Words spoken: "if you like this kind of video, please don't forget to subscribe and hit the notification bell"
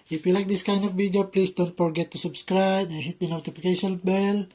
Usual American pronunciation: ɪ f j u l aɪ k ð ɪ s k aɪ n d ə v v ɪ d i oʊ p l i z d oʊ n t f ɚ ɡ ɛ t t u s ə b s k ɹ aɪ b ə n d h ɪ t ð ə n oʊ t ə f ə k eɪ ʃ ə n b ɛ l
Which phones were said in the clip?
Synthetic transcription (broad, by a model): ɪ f j u l aɪ k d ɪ s k aɪ n d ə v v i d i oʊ p l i s d oʊ n t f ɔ ɡ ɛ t t u s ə b s k ɹ aɪ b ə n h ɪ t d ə n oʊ t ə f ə k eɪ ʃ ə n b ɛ l